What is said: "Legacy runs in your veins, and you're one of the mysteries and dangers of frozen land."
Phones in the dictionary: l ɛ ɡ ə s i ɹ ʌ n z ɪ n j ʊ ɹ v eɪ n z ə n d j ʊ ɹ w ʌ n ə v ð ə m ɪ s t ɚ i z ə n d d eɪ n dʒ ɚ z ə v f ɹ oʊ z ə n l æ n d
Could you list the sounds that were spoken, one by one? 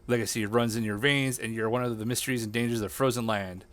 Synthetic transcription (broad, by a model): l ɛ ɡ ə s i ɹ ʌ n z ɪ n j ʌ ɹ v eɪ n z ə n j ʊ ɹ w ʌ n ə v ð ə m ɪ s t ɚ i z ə n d d eɪ n dʒ ɚ z ə v f ɹ oʊ z ə n l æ n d